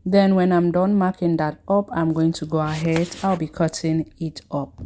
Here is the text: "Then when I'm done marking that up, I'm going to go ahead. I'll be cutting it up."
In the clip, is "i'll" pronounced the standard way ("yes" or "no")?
yes